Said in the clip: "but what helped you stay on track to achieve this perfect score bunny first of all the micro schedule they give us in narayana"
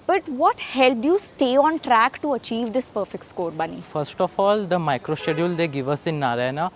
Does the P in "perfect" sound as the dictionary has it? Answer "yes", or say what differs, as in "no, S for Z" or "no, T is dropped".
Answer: yes